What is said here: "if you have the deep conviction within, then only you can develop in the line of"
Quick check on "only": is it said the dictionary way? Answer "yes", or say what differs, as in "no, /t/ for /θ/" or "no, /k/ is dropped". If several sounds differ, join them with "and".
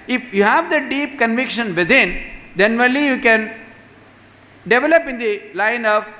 no, /n/ is dropped